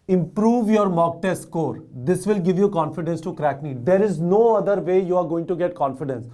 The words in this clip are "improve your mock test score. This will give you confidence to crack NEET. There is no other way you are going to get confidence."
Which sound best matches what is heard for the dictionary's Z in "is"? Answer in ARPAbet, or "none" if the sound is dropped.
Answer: Z